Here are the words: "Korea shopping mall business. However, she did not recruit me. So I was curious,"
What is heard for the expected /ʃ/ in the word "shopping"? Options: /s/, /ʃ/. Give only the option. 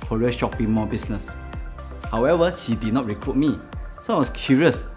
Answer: /ʃ/